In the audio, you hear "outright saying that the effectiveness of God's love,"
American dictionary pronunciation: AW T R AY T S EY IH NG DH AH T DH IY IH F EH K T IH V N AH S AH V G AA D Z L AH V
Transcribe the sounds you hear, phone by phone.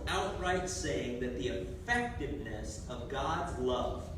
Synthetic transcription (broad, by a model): AW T R AY T S EY IH NG DH AH T DH IY IH F EH K T IH V N AH S AH V G AA D Z L AH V